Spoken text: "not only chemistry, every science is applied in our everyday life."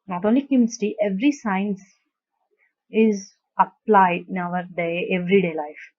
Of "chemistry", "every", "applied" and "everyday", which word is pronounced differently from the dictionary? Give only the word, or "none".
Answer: chemistry